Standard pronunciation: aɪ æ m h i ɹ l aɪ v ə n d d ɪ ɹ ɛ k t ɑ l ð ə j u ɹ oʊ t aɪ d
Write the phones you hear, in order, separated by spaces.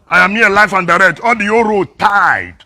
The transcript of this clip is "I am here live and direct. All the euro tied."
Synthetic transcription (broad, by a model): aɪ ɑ m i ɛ l aɪ f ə n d d ɪ ɹ ɛ k t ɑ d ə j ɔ ɹ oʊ t aɪ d